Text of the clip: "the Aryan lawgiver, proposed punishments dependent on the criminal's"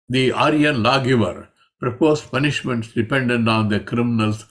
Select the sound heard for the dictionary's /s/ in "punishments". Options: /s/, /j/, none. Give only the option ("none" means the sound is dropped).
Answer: /s/